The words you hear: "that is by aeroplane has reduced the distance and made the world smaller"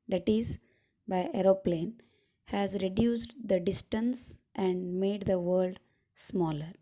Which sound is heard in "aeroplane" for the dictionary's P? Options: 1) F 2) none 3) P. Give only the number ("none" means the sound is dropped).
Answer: 3